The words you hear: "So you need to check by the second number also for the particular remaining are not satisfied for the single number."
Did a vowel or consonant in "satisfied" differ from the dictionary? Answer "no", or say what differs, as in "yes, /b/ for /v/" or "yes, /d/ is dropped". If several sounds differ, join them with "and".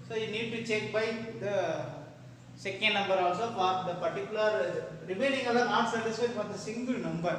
yes, /f/ is dropped